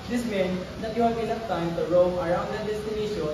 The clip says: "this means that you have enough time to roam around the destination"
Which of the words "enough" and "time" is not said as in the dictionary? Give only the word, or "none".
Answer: enough